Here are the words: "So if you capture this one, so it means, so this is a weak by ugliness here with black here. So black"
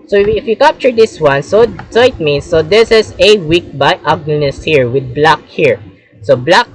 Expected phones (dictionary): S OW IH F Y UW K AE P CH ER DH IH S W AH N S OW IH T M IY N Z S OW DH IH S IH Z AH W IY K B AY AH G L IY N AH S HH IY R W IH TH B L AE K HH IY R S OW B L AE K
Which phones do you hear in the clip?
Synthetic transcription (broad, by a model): S OW IH F Y UW K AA P CH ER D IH S W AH N S OW IH T M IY N S OW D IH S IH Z AH W IY K B AY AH G N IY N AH S HH IY R W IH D B L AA K HH IY R S OW B L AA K